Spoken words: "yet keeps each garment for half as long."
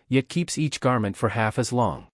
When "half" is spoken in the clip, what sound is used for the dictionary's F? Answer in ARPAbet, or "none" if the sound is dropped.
F